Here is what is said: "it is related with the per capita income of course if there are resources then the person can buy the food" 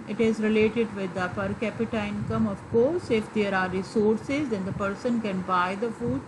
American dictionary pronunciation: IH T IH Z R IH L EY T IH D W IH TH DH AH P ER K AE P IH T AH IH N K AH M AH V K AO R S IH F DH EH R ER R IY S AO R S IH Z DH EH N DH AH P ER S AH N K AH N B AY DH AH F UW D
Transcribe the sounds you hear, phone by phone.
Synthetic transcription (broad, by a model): IH T IH Z R IH L EY T IH D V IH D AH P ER K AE P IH T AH IH N K AH M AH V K AO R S IH F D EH R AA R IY S AO R S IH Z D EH N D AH P ER S AH N K AH N B AY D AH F UW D